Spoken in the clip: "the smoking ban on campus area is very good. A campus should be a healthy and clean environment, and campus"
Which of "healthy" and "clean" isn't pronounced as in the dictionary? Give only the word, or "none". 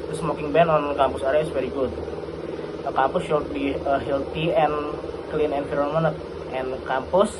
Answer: healthy